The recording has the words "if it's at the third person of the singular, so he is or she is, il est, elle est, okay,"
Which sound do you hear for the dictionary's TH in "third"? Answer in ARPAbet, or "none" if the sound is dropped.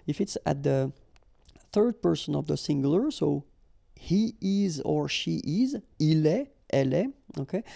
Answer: TH